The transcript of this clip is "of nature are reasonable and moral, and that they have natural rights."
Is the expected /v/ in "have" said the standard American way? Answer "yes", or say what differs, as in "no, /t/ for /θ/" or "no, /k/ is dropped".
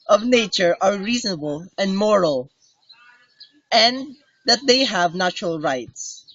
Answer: yes